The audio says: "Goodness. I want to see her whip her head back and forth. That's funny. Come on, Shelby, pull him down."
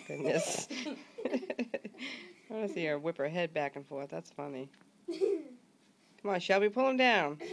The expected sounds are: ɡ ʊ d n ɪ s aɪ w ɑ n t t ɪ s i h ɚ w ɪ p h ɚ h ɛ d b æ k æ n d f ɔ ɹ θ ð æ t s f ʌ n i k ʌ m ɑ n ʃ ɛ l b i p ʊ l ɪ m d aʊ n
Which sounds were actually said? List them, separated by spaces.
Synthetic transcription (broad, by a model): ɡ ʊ d n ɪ s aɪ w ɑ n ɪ s i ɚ w ɪ p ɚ h ɛ d b æ k n f ɔ ɹ θ ð æ t s f ʌ n i k ʌ m ɑ n ʃ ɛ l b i p ʊ l ɪ m d aʊ n